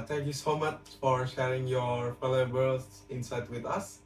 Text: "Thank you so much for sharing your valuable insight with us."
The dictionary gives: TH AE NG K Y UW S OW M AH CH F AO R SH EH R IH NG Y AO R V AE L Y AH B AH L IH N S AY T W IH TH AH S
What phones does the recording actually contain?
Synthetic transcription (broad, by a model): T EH NG K Y UW S OW M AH CH F AO R SH EH R IH NG Y AO R F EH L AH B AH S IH N S AY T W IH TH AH S